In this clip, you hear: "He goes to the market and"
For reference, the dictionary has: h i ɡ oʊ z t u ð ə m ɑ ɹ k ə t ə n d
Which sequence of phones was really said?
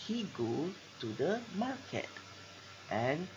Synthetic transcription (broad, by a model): h i ɡ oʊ t u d ə m ɑ k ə t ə n